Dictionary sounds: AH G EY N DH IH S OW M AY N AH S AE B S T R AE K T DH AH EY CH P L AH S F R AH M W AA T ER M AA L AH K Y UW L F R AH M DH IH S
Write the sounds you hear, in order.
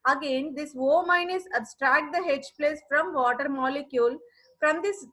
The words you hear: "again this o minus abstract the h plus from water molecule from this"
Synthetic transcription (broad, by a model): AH G EY N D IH S OW M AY N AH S AE B S T R AE K T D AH EY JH P L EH S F R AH M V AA T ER M AA L AH K Y UW L F R AH M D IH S